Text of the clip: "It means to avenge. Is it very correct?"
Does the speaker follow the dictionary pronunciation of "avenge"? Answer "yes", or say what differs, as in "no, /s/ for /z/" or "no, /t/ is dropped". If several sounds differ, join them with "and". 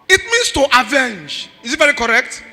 yes